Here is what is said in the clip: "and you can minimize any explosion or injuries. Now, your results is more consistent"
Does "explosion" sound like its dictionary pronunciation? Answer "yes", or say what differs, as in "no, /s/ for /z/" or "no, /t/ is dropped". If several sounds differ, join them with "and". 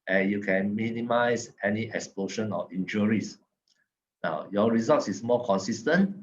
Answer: no, /ʃ/ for /ʒ/